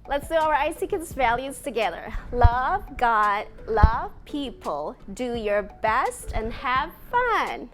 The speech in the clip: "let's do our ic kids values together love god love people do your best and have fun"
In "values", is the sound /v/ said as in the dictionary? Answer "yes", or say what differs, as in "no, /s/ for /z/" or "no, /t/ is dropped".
yes